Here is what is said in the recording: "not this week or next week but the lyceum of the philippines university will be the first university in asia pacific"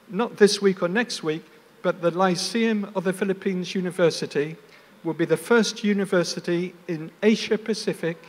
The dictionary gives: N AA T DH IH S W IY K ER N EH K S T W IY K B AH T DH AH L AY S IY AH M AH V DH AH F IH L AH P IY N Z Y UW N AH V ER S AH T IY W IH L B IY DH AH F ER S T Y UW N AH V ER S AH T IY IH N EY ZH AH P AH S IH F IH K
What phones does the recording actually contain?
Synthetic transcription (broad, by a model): N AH T DH IH S W IY K ER N EH K S T W IY K B AH T DH AH L AY S IY AH M AH V DH AH F IH L AH P IY N Z Y UW N AH V ER S AH T IY W IH L B IY DH AH F ER S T Y UW N AH V ER S AH T IY IH N EY SH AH P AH S IH F IH K